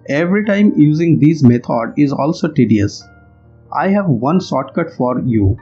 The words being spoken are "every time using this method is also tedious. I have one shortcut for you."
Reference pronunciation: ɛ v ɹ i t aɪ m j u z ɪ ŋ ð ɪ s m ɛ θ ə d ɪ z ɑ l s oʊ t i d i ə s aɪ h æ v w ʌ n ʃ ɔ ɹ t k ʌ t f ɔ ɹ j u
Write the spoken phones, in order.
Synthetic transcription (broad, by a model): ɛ v ɹ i t aɪ m j u z ɪ ŋ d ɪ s m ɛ t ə d ɪ z ɑ l s oʊ t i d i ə s aɪ h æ v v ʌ n s ɔ t k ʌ t f ɔ ɹ j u